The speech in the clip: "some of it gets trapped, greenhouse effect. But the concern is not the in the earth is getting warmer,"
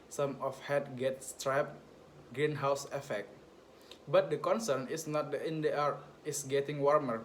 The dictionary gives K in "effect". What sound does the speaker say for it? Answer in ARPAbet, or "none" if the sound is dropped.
K